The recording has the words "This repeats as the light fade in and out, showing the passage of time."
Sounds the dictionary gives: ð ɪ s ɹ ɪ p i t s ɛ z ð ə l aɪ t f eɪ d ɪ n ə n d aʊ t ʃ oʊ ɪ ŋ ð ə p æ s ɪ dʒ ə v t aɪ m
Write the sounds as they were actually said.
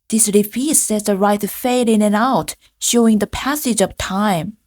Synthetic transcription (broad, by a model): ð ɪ s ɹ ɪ f i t s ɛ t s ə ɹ aɪ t f eɪ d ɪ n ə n aʊ t ʃ oʊ ɪ ŋ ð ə p æ s ɪ dʒ ə v t aɪ m